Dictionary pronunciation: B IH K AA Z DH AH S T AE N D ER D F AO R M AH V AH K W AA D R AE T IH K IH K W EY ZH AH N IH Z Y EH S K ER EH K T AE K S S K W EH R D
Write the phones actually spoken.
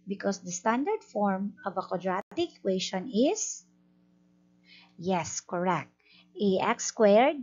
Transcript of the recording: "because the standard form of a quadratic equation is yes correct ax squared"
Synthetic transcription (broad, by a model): B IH K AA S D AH S T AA N D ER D F AO R M AH V AH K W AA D R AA T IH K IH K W EY SH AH N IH S Y EH S K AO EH K T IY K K S K W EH R D